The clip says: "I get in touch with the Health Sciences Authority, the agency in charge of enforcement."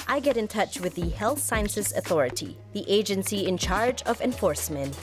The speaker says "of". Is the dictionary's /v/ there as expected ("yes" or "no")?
yes